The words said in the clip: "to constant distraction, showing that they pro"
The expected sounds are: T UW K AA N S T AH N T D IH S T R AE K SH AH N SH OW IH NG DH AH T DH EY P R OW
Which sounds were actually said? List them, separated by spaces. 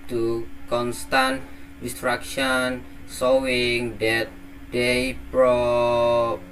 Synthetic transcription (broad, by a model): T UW K AA N S T AH N T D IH S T R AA K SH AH N S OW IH NG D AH T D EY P R OW